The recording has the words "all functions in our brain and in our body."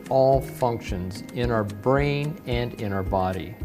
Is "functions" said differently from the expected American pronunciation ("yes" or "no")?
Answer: no